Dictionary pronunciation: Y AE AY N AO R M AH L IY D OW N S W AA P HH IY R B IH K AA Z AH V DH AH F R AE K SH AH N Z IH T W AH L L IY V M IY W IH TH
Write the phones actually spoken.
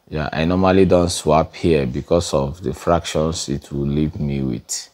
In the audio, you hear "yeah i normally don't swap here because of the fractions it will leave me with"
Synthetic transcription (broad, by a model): Y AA AY N AO M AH L IY D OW N S W AA P HH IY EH B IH K AA S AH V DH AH F R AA K SH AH N S IH T W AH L L IY V M IY W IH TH